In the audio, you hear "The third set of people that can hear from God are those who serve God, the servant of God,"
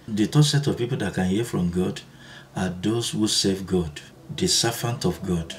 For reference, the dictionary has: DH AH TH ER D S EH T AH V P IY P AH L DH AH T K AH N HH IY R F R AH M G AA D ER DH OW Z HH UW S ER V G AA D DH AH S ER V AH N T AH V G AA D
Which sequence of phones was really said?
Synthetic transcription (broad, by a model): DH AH T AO S EH T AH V P IY P AH L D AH T K AH N HH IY F R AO M G AA D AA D OW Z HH UW S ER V G AA D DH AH S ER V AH N T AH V G AA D